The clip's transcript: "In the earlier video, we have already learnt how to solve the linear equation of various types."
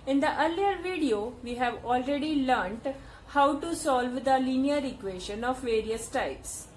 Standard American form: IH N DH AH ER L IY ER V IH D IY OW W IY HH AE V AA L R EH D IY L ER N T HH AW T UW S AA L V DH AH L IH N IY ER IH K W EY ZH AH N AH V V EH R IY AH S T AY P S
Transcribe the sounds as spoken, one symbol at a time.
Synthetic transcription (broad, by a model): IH N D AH ER L IY ER V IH D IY OW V IY HH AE V AA L R EH D IY L ER N T HH AW T UW S AA L V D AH L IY N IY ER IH K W EY SH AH N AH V V EH R IY AH S T AY P S